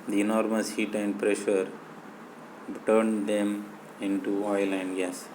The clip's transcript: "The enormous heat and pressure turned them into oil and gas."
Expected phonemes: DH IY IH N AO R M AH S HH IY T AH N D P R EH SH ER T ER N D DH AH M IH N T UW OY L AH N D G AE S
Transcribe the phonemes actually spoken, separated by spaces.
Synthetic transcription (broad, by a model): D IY IH N AO R M AH S HH IY T AH N D P R EH SH ER T ER N D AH M IH N T UW OY L AH N D G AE S